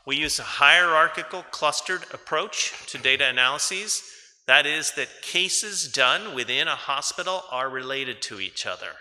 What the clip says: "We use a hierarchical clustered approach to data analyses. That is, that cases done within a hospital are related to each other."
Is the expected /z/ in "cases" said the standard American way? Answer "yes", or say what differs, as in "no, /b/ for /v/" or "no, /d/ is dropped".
yes